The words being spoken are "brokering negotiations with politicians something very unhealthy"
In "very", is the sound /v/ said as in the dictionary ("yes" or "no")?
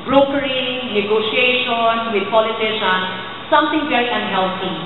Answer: no